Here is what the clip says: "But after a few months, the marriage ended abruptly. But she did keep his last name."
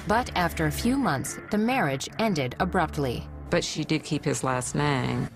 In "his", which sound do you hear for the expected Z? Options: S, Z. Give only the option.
Z